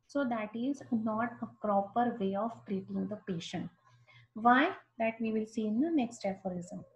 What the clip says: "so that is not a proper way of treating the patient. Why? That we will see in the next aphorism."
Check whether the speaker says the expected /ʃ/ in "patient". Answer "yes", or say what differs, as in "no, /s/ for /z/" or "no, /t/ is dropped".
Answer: yes